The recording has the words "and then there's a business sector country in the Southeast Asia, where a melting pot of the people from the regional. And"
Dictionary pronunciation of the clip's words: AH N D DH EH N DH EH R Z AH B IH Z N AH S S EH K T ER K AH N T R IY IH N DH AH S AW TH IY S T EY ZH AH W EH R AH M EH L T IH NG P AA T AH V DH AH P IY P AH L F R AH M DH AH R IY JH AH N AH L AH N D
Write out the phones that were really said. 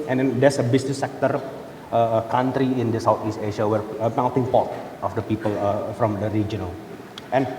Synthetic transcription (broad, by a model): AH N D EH N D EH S AH B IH S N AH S S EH K T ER K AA N T R IY IH N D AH S AW T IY S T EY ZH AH W EH R AH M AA N T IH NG P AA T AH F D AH P IY P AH L F R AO M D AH R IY JH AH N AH L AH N